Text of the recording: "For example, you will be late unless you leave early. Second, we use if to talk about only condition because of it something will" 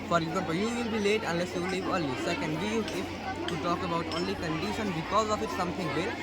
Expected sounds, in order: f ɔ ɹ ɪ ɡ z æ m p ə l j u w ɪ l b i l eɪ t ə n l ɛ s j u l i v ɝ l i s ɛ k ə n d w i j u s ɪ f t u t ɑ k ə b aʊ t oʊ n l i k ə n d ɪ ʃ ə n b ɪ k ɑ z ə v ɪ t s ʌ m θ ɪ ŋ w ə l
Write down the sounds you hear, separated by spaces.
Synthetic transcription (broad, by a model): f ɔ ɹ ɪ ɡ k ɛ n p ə j u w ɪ l b i l eɪ t ə n l ɛ s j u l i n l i s ɛ k ə n d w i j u ɪ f t u t ɑ k ə b aʊ t oʊ n l i k ə n d ɪ ʃ ə n b ɪ k ɑ z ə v ɪ t s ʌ m t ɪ ŋ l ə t